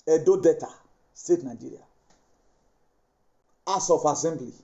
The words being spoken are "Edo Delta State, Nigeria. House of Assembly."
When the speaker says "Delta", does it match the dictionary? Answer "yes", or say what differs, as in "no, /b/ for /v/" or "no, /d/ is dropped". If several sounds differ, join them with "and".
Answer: no, /l/ is dropped